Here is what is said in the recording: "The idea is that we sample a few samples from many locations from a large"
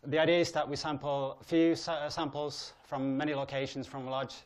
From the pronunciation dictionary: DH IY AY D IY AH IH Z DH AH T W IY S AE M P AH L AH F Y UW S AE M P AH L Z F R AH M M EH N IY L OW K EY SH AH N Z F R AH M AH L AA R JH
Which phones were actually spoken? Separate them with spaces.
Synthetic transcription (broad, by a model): DH IY AY D IY AH IH Z DH AH T W IY S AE M P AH L AH F Y UW S AE M P AH L Z F R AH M M EH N IY L OW K EY SH AH N Z F R AH M L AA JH